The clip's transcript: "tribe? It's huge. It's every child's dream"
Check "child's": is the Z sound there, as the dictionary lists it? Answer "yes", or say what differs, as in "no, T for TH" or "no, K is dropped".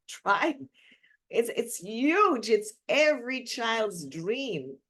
yes